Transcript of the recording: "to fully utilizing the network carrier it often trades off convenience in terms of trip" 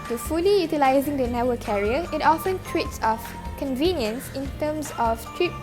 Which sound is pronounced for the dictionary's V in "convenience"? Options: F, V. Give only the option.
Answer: V